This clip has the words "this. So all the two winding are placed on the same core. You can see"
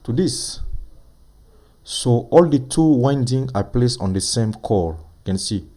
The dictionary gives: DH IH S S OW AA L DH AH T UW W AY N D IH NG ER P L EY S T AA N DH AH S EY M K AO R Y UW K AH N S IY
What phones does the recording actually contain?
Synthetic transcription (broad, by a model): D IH S S OW AA L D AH T UW W AY N D IH NG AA P L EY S AA N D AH S EY M K AO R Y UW K AH N S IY